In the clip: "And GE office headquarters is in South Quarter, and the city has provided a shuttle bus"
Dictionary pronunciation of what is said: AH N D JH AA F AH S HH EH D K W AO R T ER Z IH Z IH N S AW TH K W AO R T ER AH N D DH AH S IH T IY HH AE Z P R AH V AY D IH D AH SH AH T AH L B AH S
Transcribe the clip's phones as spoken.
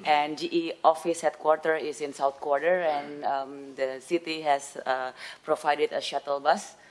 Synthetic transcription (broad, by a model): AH N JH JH AA F AH S HH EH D K W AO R T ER IH S IH N S AW T K W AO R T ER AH N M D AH S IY T IY HH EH S P R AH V AY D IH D AH SH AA T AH L B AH S